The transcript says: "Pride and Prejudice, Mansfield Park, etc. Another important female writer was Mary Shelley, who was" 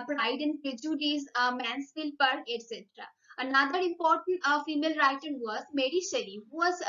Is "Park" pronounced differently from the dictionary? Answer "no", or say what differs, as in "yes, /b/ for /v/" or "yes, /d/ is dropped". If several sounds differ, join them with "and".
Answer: yes, /k/ is dropped